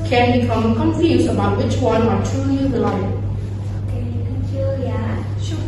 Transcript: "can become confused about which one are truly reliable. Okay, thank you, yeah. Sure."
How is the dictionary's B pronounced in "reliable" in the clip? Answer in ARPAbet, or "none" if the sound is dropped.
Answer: none